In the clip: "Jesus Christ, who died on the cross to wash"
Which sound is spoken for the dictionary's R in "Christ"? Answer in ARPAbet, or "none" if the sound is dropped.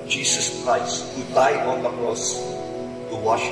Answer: R